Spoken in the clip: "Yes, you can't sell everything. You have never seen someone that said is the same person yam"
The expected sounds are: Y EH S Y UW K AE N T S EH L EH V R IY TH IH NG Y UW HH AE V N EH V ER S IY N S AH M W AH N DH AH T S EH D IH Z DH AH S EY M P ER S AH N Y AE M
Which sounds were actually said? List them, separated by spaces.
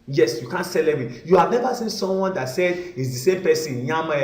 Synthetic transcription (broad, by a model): Y EH S Y UW K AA N T S EH L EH B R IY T Y UW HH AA V N EH V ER S IY N S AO M W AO N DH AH T S EH D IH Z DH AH S EY M P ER S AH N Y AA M